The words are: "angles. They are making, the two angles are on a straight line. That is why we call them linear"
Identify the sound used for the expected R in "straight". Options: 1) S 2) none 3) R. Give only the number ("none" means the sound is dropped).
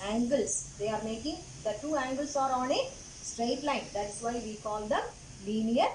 3